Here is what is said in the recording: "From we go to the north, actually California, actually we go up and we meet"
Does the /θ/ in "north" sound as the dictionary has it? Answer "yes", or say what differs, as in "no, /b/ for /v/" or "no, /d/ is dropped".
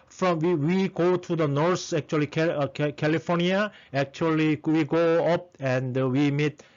no, /s/ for /θ/